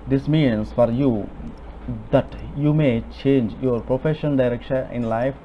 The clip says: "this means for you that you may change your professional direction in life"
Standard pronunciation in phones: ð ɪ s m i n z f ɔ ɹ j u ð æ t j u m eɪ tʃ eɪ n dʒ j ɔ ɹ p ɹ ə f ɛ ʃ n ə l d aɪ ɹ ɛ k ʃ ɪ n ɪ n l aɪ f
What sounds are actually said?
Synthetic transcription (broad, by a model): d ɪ s m i n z f ɔ ɹ j u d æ t j u m eɪ tʃ eɪ n dʒ j ɔ ɹ p ɹ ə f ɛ ʃ ə n d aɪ ɹ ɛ k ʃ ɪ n ɪ n l aɪ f